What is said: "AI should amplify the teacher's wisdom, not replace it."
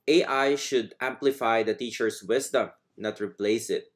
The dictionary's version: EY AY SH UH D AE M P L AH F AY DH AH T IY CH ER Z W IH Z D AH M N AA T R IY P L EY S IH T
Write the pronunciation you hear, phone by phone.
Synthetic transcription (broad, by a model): EY AY SH UH D AE M P L AH F AY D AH T IY CH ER S W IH S D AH M N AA T R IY P L EY S IH T